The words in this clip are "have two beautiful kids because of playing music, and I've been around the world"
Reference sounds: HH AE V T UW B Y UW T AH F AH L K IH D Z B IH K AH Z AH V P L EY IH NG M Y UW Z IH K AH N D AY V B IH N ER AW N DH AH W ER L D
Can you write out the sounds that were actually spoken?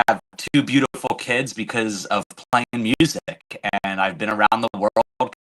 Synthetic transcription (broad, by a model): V T UW B Y UW T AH F L K IH D Z B IH K AH Z AH V P L EY IH NG M Y UW Z IH K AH N AY V B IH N ER AW N DH AH W ER L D